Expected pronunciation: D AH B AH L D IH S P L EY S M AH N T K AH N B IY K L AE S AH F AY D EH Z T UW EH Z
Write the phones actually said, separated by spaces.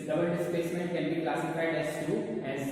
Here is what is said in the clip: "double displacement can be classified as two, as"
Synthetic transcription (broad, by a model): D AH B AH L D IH S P EY S M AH N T K AH N B IY K L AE S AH F AY D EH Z T UW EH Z